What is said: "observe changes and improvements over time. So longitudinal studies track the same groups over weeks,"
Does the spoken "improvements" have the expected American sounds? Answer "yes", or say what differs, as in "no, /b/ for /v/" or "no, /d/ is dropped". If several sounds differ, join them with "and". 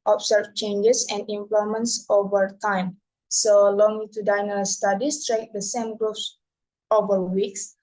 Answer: no, /l/ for /ɹ/ and /v/ is dropped